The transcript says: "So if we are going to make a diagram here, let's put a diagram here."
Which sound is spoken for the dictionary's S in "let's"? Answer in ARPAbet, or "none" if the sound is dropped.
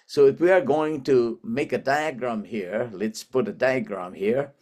S